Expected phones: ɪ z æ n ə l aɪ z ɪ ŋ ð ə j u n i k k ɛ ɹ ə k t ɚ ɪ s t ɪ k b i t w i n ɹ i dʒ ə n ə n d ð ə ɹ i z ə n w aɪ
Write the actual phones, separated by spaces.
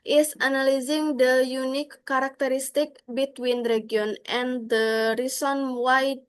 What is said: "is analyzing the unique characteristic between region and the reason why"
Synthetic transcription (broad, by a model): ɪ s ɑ n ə l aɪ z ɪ ŋ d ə j u n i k k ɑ ɹ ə k t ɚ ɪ s t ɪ k b i t w i n ɹ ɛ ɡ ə n ə n d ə ɹ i s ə n w aɪ